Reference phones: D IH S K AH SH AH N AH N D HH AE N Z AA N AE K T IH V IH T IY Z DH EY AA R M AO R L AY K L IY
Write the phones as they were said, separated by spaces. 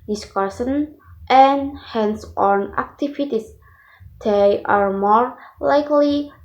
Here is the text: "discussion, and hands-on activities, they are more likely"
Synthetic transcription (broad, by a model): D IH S K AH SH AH N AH N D HH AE N S AA N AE K T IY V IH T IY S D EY AA R M AO R L AY K L IY